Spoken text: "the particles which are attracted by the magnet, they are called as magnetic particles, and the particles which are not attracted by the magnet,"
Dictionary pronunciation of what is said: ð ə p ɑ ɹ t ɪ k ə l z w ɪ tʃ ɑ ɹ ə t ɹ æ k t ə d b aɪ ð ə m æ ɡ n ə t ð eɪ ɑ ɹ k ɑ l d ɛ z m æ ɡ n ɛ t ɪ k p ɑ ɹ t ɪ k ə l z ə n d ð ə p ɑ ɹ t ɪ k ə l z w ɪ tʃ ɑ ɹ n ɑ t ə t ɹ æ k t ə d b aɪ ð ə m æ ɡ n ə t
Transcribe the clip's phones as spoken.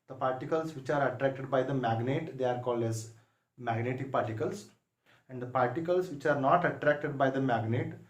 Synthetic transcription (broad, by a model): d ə p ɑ ɹ t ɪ k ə l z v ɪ tʃ ɑ ɹ ə t ɹ æ k t ə d b aɪ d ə m æ ɡ n ə t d eɪ ɑ ɹ k ɑ l d ɛ z m æ ɡ n ɛ t ɪ k p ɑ ɹ t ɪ k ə l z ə n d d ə p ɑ ɹ t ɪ k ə l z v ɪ tʃ ɑ ɹ n ɑ t ə t ɹ æ k t ə d b aɪ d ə m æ ɡ n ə t